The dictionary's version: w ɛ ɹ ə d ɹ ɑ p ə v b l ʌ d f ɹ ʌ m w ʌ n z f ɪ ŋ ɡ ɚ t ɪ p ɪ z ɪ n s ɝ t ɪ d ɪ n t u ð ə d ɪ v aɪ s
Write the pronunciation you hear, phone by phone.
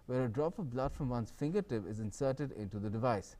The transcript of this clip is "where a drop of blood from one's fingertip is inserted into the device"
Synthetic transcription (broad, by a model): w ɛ ɹ ə d ɹ ɑ p ə v b l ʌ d f ɹ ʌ m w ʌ n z f ɪ ŋ ɡ ɚ t ɪ p ɪ z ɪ n s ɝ t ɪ d ɪ n t u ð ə d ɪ v aɪ s